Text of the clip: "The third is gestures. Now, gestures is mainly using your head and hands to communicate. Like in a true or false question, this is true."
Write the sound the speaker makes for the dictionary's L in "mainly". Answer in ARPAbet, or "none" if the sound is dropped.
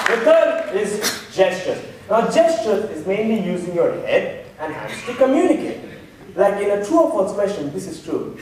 L